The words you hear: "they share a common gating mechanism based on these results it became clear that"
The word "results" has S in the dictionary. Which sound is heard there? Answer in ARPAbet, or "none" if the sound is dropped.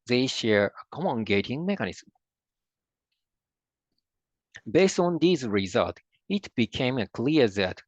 none